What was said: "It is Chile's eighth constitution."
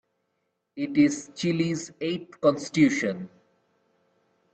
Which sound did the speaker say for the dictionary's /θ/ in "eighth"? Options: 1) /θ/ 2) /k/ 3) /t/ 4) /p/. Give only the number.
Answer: 3